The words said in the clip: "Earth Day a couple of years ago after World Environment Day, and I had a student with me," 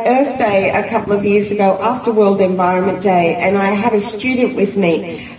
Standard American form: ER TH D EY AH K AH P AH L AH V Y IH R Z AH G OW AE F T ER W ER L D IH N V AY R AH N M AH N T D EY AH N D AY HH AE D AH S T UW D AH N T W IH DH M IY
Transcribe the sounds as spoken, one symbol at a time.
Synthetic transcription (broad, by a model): ER TH D EY AH K AH P L AH V Y IH R Z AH G OW AE F T ER W ER L D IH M V AY R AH N M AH N D EY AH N AY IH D AH S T UW D N T W IH DH M IY